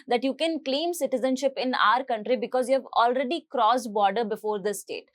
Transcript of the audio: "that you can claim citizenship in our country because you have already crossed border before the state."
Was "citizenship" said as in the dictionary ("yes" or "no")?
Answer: yes